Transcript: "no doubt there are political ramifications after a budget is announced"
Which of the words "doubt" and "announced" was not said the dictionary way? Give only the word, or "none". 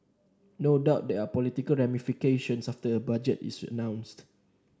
none